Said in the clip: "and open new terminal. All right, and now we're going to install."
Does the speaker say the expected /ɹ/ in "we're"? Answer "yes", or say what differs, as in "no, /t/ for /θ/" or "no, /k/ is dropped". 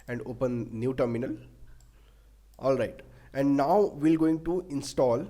no, /l/ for /ɹ/